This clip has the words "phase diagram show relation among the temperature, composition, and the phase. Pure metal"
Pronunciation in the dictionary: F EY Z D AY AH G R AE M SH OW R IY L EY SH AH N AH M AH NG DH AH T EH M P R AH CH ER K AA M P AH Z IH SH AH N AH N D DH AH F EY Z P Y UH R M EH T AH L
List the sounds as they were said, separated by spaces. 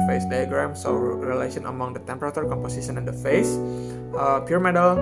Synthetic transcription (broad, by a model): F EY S D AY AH G R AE M S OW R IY L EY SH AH N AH M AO NG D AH T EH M P R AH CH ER K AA M P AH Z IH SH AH N AH N D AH F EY S P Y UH R M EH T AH L